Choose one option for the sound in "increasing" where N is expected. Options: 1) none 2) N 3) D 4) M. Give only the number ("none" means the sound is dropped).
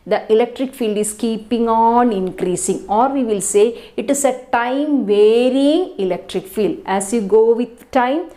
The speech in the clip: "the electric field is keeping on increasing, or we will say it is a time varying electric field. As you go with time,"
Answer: 2